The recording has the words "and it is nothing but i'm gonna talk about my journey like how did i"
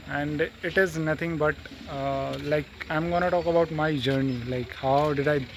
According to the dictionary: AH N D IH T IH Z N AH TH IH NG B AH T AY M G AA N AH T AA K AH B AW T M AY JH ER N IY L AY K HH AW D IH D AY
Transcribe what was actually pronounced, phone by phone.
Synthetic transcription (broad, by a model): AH N D IH T IH Z N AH T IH NG B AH T AY M G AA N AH T AA K AH B AW T M AY JH ER N IY L AY K HH AW D IH D AY